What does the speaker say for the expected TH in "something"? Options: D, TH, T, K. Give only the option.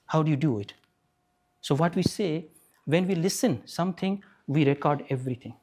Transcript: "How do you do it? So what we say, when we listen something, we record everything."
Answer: T